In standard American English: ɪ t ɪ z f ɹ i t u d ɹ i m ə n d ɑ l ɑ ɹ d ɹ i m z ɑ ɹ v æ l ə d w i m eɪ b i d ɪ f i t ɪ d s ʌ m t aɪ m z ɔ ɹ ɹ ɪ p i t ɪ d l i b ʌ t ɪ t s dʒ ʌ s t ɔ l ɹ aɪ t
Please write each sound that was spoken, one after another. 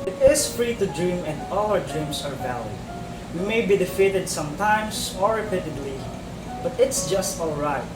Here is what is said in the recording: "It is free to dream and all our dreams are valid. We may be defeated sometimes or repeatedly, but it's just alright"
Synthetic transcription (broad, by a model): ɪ t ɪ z f ɹ i t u d ɹ i m ə n d ɑ l ɑ ɹ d ɹ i m s ɑ ɹ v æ l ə d w i m eɪ b i d ɪ f i t ɪ d s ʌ m t aɪ m s ɔ ɹ ɹ ɪ p i t ɪ d l i b ʌ t ɪ t s dʒ ʌ s t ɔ l ɹ aɪ t